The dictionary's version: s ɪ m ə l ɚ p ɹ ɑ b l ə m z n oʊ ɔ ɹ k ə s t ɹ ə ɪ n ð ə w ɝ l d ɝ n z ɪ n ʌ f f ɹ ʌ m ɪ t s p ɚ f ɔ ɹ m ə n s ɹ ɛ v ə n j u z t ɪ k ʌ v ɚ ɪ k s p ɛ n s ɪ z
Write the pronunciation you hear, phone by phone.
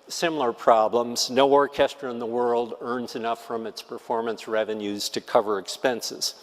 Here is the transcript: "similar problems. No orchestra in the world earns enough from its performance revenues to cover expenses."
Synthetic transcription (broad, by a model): s ɪ m l ɚ p ɹ ɑ b l ə m z n oʊ ɔ ɹ k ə s t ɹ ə ɪ n ð ə w ɝ l d ɝ n z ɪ n ʌ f f ɹ ʌ m ɪ t s p ɚ f ɔ ɹ m ə n s ɹ ɛ v ə n j u z t ɪ k ʌ v ɚ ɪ k s p ɛ n s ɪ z